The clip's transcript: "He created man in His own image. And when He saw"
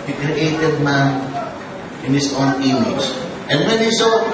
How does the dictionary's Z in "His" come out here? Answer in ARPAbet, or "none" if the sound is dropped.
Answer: S